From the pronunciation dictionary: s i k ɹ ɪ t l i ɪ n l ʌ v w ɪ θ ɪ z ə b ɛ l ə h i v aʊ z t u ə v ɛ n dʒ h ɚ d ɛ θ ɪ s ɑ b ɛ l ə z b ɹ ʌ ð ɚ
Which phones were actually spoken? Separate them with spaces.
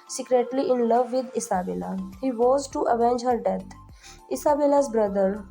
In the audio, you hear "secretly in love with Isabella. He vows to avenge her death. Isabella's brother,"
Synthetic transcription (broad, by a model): s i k ɹ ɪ t l i ɪ n l ʌ v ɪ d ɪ s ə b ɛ l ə h i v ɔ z t u ə v ɛ n dʒ h ɚ d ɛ t ɪ s ɑ b ɛ l ə z b ɹ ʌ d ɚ